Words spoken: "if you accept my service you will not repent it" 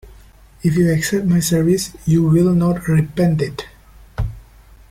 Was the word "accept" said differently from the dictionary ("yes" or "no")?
no